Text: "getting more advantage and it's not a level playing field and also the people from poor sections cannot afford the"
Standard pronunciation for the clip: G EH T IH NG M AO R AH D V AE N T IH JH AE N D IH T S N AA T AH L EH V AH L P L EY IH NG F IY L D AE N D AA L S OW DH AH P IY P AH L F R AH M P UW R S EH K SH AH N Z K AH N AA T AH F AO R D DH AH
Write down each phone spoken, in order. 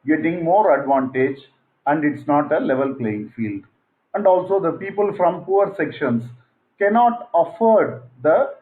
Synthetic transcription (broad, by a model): G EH T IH NG M AO R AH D V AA N T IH JH AE N D IH T S N AA T AH L EH V AH L P L EY IH NG F IY L D AE N D AA L S OW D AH P IY P AH L F R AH M P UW R S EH K SH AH N S K AH N AA T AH F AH R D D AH